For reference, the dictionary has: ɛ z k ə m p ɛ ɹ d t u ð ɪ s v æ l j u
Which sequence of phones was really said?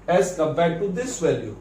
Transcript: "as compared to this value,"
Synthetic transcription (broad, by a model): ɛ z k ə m b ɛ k t u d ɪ s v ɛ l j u